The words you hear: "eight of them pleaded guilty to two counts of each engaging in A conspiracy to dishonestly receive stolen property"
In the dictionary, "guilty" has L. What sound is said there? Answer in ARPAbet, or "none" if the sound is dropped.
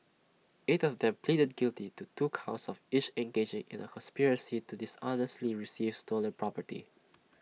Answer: L